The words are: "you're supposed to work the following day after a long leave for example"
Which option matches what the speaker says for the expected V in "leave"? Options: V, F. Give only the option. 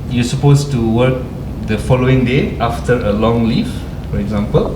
F